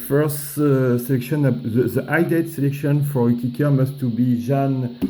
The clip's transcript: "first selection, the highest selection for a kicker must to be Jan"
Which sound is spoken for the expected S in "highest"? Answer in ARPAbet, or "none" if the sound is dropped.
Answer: none